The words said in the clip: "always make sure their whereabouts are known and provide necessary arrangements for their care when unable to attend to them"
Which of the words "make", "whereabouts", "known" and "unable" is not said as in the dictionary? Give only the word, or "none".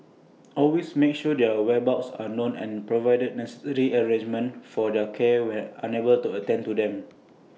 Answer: whereabouts